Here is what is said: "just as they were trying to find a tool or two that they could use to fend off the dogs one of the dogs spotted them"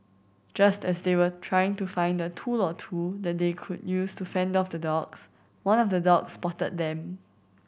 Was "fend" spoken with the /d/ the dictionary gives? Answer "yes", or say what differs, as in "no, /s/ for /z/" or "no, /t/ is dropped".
yes